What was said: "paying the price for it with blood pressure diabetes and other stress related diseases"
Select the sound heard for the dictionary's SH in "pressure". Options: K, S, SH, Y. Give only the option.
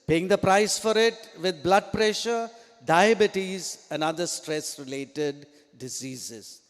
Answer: SH